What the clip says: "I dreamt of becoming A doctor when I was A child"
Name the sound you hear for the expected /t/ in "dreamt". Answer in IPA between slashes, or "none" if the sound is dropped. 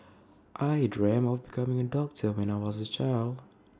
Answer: none